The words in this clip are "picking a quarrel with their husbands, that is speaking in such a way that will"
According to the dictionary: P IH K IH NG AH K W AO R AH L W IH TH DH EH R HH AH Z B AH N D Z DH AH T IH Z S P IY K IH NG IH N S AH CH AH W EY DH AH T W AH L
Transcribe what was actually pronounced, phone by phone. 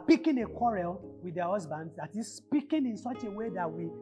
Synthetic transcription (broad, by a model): P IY K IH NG AH K W AO R AH L W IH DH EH HH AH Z B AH N D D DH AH T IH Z S P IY K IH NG IH N S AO CH AH W EY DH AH T W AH